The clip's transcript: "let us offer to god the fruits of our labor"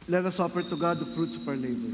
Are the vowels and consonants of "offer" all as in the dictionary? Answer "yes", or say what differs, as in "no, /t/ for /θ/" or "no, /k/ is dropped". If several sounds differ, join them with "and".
no, /p/ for /f/